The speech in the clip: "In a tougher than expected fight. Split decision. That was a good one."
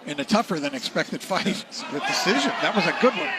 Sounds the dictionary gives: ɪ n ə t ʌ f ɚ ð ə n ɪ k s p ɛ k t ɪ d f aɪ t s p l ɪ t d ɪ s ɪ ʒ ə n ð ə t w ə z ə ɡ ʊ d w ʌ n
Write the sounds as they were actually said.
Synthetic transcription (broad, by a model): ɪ n ə t ʌ f ɚ ð ə n ɪ k s p ɛ k t ɪ d f aɪ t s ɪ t d ɪ s ɪ ʒ ə n ð ə t w ə z ə ɡ ʊ d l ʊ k